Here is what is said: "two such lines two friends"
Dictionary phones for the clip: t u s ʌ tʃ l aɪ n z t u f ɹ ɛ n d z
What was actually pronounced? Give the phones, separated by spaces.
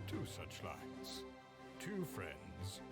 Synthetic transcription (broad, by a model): t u s ʌ tʃ l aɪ z t u f ɹ ɛ n d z